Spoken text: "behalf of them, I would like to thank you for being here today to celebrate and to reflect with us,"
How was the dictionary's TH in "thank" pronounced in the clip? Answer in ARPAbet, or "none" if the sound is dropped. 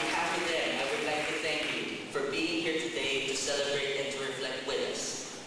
TH